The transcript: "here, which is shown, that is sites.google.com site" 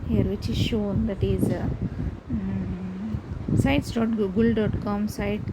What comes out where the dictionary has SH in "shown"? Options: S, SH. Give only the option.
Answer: SH